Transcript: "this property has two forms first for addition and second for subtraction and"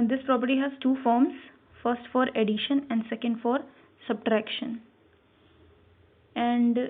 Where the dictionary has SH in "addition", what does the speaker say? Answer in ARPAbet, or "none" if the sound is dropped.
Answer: SH